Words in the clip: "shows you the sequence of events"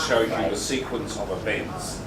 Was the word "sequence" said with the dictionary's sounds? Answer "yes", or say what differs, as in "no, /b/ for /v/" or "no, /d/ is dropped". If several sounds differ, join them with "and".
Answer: yes